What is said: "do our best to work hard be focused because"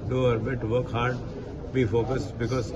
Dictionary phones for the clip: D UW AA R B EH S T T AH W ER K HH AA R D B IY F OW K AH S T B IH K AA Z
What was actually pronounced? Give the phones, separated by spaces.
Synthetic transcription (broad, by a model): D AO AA R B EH T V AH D K HH AA R D B IY F OW K AH S T B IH K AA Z